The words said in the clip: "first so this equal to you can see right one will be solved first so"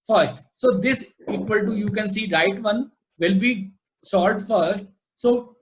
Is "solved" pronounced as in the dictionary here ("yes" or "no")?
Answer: no